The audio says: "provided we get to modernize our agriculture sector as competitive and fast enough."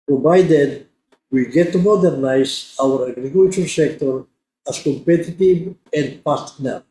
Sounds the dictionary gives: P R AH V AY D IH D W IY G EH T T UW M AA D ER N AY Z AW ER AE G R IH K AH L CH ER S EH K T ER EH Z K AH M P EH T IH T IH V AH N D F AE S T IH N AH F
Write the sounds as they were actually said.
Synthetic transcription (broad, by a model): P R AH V AY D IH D W IY G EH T T UW M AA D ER N AY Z AW ER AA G R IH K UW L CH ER S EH K T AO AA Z K AH M P EH T IH T IH V AH N D P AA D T N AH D